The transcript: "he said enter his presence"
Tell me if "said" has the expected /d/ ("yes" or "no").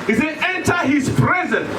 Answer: no